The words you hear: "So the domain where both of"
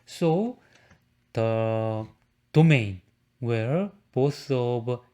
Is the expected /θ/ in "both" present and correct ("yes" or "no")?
no